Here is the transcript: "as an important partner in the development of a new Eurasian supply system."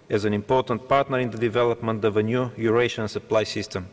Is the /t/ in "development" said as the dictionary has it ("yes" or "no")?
yes